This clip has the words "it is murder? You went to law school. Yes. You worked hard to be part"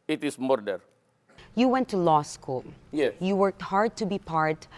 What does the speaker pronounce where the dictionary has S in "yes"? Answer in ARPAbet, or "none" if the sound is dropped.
none